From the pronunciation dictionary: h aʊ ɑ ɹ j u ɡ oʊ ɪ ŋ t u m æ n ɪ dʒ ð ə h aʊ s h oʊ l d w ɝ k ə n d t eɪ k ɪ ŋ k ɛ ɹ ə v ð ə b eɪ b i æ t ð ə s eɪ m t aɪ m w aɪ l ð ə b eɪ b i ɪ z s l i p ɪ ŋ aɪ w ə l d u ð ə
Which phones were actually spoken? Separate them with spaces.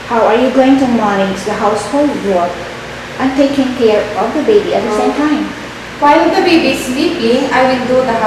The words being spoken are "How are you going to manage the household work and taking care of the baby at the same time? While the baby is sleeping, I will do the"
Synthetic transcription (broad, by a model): h aʊ ɑ ɹ j u ɡ oʊ ɪ ŋ t u m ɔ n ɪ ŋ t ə h aʊ s h oʊ l d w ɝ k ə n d t eɪ k ɪ ŋ k ɛ ɹ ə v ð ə b eɪ b i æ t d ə s eɪ m t aɪ m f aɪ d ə b eɪ b i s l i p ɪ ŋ aɪ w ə n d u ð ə